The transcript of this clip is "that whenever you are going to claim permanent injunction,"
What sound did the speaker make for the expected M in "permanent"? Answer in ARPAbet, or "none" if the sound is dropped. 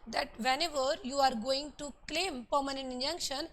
M